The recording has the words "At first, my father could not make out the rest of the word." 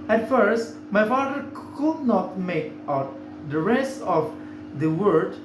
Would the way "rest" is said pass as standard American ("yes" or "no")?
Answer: no